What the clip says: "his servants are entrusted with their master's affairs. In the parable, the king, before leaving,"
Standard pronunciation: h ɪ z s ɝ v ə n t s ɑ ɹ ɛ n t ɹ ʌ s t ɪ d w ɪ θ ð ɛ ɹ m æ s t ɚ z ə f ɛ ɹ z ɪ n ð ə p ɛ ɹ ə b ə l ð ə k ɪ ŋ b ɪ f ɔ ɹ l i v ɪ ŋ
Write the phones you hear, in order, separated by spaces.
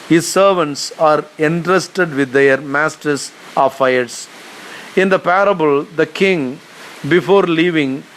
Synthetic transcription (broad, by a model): h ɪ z s ɝ v ə n t s ɑ ɹ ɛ n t ɹ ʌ s t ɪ d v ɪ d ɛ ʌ ɹ m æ s t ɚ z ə f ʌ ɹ s ɪ n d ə p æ ɹ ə b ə l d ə k ɪ ŋ b ɪ f ɔ ɹ l i v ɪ ŋ